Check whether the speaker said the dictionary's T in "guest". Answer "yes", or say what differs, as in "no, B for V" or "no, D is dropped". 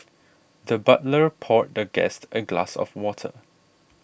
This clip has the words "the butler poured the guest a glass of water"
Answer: yes